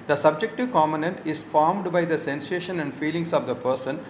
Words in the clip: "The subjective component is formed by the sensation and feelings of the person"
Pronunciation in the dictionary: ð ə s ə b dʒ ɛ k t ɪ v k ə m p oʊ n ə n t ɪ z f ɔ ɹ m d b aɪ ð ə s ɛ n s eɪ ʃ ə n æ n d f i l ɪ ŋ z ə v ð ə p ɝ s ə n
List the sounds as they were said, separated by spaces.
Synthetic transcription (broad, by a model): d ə s ə b dʒ ɛ k t ɪ v k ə m oʊ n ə n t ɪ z f ɔ ɹ m d b aɪ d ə s ɛ n s eɪ ʃ ə n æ n d f i l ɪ ŋ s ə v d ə p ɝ s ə n